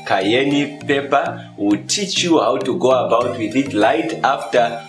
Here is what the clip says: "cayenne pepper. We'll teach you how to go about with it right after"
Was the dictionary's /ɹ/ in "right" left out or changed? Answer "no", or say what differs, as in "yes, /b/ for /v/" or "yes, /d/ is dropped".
yes, /l/ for /ɹ/